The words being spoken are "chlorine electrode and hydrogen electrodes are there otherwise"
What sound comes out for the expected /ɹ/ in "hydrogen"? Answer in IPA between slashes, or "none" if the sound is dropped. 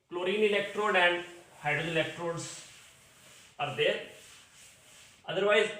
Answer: none